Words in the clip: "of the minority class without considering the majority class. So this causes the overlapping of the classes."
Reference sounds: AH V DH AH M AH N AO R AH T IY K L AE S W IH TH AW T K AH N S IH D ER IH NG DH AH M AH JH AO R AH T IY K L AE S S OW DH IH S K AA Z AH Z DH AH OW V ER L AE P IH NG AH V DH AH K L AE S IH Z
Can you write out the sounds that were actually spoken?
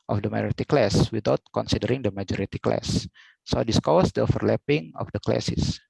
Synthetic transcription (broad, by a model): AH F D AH M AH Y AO R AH T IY K L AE S W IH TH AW T K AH N S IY D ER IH NG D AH M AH JH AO R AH T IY K L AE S S OW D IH S K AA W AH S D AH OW F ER L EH P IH NG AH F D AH K L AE S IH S